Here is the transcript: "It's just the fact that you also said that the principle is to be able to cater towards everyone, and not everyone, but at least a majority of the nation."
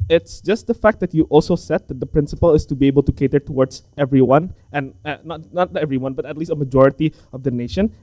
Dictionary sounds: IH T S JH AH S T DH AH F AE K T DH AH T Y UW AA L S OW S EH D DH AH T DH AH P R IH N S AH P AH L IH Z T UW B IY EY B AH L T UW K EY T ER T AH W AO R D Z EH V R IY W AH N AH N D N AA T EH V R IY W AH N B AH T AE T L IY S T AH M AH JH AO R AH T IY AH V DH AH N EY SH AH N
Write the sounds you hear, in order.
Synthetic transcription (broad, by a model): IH T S JH AH S T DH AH F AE K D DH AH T Y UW AA L S OW S EH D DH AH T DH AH P R IH N S AH P AH L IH S T UW B IY EY B AH L T UW K EY T ER T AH W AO R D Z EH V R IY W AH N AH N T N AA T EH V R IY W AH N B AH T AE T L IY S T AH M AH JH AO R AH T IY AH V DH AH N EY SH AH N